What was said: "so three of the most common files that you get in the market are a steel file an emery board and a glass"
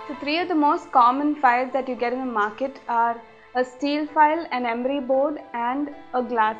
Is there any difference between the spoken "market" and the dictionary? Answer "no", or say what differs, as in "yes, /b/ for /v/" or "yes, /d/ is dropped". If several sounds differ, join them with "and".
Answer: no